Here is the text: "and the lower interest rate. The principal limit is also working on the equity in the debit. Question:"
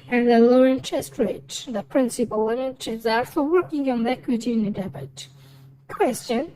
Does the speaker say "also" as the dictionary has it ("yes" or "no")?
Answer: no